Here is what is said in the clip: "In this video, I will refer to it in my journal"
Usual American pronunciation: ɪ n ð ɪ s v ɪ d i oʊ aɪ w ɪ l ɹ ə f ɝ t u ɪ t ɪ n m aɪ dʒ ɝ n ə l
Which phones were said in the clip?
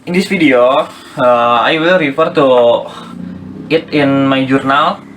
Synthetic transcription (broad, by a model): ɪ n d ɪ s f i d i oʊ aɪ w ɪ l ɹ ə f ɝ t u ɪ t ɪ n m aɪ dʒ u n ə l